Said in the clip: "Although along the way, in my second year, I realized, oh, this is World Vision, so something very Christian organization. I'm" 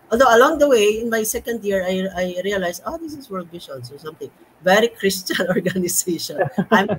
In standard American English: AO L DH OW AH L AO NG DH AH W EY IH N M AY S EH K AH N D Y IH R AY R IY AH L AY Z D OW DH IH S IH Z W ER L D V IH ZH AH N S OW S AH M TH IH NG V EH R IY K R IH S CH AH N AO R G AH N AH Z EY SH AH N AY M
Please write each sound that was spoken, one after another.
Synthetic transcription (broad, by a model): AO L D OW AH L AO NG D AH W EY IH N M AY S EH K AH N D Y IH R AY R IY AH L AY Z OW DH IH S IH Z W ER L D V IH SH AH N S OW S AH M T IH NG V EH R IY K R IH S CH AH N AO R G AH N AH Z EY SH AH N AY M